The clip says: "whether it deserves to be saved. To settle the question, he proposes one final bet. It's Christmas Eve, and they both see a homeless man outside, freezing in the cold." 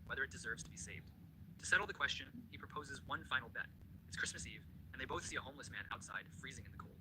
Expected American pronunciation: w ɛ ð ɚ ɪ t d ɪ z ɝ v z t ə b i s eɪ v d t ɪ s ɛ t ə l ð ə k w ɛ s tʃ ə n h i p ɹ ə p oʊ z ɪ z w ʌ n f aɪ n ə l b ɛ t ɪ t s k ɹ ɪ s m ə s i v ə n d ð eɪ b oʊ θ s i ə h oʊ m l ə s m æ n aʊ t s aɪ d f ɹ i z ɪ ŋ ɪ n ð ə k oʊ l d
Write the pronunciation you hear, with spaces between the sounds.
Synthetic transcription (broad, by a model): w ɛ ð ɚ ɪ t d ɪ z ɝ v z t ə b i s eɪ v d t ɪ s ɛ t l ð ə k w ɛ s tʃ ə n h i p ɹ ə p oʊ z ɪ z w ʌ n f aɪ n l b ɛ t ɪ t s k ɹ ɪ s m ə s i v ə n ð eɪ b oʊ θ s i ə h oʊ m l ə s m æ n aʊ t s aɪ d f ɹ i z ɪ ŋ ɪ n ð ə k oʊ l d